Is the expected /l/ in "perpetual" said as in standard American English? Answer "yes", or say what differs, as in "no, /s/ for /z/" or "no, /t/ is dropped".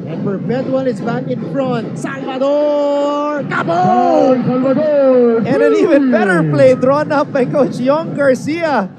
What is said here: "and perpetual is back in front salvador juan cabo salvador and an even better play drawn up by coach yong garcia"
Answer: no, /n/ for /l/